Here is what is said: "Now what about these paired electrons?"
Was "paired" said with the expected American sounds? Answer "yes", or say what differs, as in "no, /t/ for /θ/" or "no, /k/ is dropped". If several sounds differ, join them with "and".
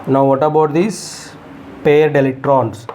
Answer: yes